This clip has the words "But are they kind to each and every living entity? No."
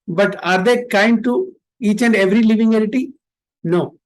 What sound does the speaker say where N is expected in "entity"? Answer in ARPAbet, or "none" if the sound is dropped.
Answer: none